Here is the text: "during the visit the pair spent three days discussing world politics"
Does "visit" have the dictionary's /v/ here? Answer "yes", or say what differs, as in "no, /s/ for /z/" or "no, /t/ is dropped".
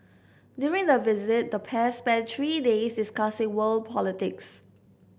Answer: yes